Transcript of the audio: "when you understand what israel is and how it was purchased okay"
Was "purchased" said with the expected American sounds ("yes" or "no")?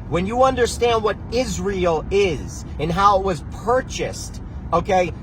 yes